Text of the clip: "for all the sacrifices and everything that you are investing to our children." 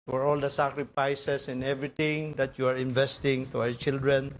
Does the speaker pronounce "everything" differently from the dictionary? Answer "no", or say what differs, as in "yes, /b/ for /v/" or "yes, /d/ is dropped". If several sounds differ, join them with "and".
yes, /t/ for /θ/